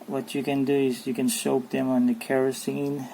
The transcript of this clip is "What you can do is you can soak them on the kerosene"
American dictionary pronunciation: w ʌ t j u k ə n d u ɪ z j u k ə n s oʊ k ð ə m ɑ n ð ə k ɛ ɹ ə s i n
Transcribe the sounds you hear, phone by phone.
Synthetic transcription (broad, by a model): w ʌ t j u k ə n d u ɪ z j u k ə n ʃ oʊ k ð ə m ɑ n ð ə k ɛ ɹ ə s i n